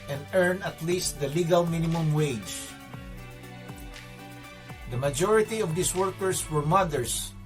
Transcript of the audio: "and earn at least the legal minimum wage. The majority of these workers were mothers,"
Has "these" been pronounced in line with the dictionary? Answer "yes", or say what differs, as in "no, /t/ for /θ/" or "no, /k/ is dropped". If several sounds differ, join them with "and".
no, /s/ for /z/